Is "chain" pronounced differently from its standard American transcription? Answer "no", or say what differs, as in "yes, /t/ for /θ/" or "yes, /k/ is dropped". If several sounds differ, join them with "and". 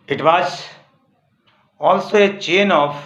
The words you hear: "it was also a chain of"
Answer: no